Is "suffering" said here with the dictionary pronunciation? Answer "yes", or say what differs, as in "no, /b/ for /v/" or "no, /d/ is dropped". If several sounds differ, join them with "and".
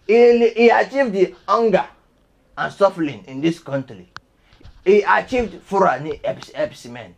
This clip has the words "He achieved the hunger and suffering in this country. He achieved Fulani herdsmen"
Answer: no, /l/ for /ɹ/